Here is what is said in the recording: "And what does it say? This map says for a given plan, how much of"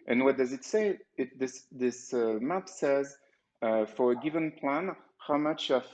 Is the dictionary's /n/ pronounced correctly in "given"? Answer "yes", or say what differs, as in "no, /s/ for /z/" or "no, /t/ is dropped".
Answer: yes